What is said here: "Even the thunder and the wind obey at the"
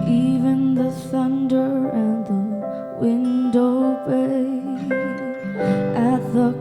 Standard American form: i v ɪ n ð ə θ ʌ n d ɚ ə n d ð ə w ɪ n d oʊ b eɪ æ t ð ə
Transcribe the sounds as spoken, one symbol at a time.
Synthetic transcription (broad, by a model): i v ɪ n ð ə θ ʌ n d ɚ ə n ð ə w ɪ n d oʊ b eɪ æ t ð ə